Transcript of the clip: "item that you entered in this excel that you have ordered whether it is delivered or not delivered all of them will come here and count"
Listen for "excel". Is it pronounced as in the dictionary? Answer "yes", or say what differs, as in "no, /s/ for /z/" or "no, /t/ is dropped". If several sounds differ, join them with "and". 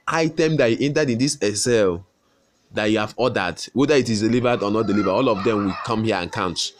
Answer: no, /k/ is dropped